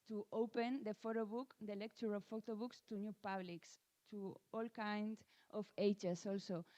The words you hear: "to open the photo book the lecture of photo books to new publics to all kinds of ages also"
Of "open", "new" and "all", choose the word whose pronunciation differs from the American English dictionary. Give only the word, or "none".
none